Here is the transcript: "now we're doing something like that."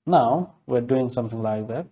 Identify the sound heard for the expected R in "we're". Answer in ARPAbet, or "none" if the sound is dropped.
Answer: R